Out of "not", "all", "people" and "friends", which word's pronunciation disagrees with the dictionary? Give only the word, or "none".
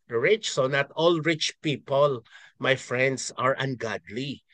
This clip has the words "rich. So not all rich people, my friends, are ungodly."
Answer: friends